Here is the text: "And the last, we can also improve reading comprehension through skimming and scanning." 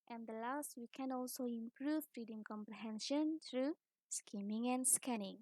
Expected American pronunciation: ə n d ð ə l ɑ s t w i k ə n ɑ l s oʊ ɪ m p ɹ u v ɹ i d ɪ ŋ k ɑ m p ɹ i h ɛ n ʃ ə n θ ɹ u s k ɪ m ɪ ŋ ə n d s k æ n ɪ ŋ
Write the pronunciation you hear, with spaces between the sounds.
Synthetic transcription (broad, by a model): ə n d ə l ɑ s t w i k ə n ɑ l s oʊ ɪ m p ɹ u f ɹ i d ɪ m k ɑ m p ɹ i h ɛ n ʃ ə n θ ɹ u s k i m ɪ ŋ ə n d s k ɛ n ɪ ŋ